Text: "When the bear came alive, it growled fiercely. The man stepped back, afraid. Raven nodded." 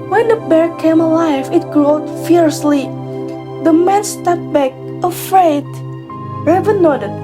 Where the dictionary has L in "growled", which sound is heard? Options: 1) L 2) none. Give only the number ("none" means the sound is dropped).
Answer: 2